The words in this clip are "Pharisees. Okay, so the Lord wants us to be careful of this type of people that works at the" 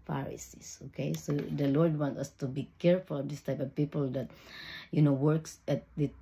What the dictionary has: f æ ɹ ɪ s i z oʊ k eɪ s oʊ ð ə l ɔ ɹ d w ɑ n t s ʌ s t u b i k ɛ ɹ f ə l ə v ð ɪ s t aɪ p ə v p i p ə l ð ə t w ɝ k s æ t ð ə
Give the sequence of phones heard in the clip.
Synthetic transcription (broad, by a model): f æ ɹ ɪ s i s oʊ k eɪ s oʊ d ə l ɔ ɹ d w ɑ n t ʌ s t u b i k ɛ ɹ f ə l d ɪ s t aɪ p ə v p i p ə l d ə t w ɝ k s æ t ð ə